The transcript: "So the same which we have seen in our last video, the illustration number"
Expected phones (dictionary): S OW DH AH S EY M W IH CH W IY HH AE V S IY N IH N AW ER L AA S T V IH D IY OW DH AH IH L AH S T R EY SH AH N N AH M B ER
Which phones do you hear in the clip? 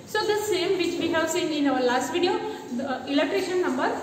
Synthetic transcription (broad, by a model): S OW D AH S EY M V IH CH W IY HH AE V S IY N IH N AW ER L AA S T V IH D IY OW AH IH L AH T R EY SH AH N N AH M B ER